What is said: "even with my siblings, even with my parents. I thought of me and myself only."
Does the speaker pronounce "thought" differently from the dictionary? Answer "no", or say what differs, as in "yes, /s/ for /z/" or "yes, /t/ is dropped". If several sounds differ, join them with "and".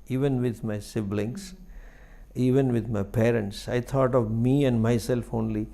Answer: yes, /t/ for /θ/